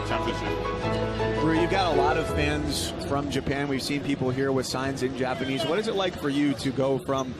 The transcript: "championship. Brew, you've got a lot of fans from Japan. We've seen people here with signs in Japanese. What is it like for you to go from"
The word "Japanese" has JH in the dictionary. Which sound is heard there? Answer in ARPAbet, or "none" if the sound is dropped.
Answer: JH